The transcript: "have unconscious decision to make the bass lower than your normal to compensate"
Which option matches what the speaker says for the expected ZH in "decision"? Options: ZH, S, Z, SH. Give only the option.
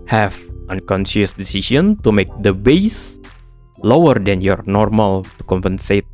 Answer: S